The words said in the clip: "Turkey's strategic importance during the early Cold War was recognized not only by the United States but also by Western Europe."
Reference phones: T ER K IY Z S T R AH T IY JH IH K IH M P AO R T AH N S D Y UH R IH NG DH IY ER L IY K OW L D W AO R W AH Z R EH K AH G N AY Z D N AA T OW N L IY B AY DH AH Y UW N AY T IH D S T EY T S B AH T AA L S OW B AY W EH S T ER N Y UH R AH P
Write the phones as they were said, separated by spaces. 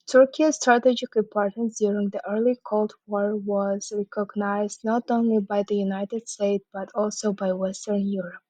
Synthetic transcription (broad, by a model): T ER K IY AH S T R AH T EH JH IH K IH P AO R T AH N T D Y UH R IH NG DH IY ER L IY K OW L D W AO R W AH Z R EH K AH G N AY Z D N AA T OW N L IY B AY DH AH Y UW N AY T IH D S T EY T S B AH T AA L S OW B AY W EH S T ER N Y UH R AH P